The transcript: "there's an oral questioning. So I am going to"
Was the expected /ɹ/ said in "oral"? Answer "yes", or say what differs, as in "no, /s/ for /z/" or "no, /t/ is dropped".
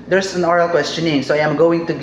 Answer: yes